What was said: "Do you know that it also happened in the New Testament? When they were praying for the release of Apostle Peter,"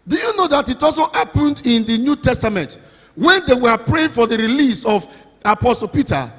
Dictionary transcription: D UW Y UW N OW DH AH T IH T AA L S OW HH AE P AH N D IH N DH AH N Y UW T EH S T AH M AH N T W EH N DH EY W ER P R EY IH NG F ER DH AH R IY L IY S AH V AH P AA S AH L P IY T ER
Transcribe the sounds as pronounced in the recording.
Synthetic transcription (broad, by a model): D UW Y UW N OW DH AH T IH T AA L S OW HH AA P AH N D IH N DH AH N Y UW T EH S T AH M AH N T W EH N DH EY W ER P R EY IH NG F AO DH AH R IY L IY S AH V AH P AA S AH L P IY T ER